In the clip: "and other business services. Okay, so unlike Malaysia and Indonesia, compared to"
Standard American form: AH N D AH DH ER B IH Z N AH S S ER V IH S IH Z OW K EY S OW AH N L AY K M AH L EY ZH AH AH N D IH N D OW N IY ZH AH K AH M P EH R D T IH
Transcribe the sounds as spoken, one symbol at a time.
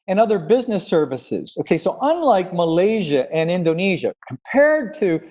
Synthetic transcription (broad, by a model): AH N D AH DH ER B IH Z N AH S S ER V IH S IH Z OW K EY S OW AH N L AY K M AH L EY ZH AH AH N IH N D OW N IY ZH AH K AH M P EH R D T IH